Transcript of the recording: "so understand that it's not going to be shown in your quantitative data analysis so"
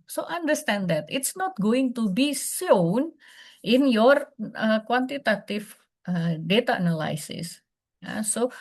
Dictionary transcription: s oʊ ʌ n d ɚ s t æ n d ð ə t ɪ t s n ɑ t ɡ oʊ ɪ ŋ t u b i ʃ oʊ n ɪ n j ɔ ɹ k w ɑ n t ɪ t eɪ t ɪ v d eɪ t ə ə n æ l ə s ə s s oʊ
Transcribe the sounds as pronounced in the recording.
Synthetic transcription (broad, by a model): s oʊ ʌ n d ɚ s t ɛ n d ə t ɪ t s n ɑ t ɡ oʊ ɪ ŋ t u b i s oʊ n ɪ n j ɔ ɹ k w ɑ n t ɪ t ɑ t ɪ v d eɪ t ə n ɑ l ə s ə s s oʊ